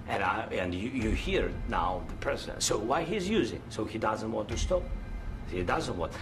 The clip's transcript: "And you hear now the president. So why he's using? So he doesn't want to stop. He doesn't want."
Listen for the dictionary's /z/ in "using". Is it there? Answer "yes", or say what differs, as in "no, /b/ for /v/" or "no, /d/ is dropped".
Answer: yes